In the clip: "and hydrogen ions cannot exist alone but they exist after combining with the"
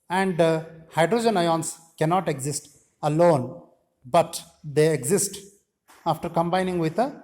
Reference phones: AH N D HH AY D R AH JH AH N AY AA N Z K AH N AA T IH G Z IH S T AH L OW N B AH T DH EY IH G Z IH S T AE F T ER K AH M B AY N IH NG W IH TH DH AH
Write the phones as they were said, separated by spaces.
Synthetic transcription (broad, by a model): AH N D HH AY D R AH JH AH N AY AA N S K AH N AA T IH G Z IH S T AH L OW N B AH T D EY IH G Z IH S T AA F T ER K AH M B AY N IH NG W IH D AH